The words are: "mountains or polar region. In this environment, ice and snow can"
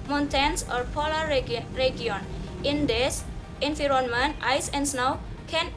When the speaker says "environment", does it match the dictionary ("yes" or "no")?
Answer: no